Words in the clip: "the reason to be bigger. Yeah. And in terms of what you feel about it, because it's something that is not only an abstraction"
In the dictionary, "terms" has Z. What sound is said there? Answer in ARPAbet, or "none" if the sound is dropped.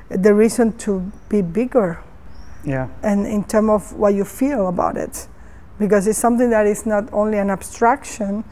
none